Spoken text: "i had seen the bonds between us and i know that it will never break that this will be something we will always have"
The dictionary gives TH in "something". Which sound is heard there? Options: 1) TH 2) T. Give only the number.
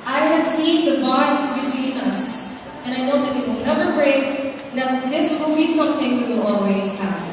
1